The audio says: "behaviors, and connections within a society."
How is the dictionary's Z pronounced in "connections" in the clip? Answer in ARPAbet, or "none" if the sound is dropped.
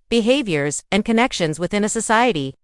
Z